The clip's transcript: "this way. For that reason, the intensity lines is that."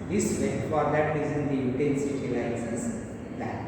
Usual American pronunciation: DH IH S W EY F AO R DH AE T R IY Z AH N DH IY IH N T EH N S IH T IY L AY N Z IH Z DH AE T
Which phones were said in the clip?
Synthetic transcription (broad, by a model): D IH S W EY F AO R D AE T R IY Z AH N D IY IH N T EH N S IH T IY L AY Z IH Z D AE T